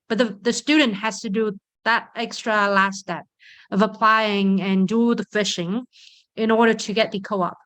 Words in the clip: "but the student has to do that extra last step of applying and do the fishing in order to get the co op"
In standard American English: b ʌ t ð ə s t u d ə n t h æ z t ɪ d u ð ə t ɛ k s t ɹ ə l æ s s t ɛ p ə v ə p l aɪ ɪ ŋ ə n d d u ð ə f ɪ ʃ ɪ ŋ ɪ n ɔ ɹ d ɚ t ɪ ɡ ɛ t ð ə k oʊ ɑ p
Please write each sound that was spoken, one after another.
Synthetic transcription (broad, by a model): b ʌ t ð ə s t u d n t h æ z t ɪ d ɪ ð ə t ɛ k s t ɹ ə l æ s s t ɛ p ə v ə p l aɪ ɪ ŋ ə n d d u ð ə f ɪ ʃ ɪ ŋ ɪ n ɔ ɹ d ɚ t ɪ ɡ ɛ t ð ə k oʊ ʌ p